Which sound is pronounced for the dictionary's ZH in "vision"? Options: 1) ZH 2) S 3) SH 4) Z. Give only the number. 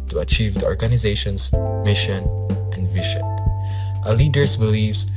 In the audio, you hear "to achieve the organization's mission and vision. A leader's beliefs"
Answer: 3